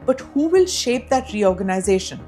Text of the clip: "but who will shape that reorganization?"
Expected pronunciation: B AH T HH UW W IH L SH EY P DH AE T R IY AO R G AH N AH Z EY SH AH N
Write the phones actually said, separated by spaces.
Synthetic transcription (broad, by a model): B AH T HH UW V IH L SH EY P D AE T R IY AO R G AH N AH Z EY SH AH N